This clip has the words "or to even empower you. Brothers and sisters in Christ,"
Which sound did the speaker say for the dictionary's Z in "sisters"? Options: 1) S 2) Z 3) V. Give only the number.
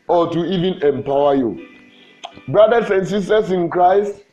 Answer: 1